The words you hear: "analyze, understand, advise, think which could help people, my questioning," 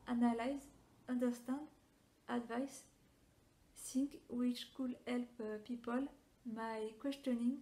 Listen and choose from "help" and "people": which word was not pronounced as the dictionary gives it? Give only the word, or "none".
none